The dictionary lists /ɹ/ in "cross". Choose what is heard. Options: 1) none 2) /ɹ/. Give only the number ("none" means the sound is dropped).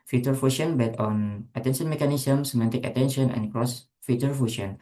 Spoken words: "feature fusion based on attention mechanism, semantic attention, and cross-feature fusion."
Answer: 2